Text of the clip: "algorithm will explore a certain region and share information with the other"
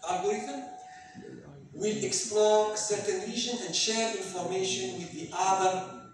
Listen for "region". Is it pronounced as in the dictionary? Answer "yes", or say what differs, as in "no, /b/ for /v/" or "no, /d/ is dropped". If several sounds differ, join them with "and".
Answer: no, /l/ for /ɹ/